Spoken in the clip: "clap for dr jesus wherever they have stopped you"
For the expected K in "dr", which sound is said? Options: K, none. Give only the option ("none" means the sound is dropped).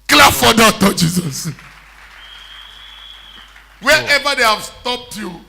none